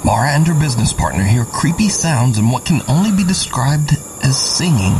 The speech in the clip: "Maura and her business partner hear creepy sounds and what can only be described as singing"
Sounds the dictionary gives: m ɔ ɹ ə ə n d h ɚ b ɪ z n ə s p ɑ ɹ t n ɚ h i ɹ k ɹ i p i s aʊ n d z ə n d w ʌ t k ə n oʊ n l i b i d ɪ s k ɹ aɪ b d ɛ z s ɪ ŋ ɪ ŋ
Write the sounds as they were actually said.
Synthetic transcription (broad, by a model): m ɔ ɹ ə ə n d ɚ b ɪ z n ə s p ɑ ɹ t n ɚ h i ɹ k ɹ i p i s aʊ n d z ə n w ʌ t k ə n oʊ n l i b i d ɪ s k ɹ aɪ b d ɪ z s ɪ ŋ ɪ ŋ